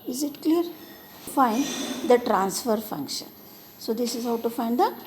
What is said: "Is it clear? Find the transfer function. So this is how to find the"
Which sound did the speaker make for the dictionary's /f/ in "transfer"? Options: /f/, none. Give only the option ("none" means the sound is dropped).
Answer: /f/